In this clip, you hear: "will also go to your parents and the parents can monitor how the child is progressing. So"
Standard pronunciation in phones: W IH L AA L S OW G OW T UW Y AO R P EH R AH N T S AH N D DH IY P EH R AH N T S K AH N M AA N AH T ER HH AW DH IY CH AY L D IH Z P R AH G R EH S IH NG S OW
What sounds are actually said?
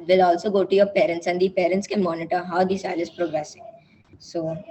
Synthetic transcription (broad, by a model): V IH L AA L S OW G OW T UW Y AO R P EH R AH N T S AH N D IY P EH R AH N T S K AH M AA N AH T ER HH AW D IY S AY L IH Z P R AH G R EH S IH NG S OW